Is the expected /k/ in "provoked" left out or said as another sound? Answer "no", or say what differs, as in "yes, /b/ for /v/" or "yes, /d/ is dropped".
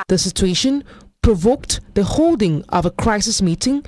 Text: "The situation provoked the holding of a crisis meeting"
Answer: no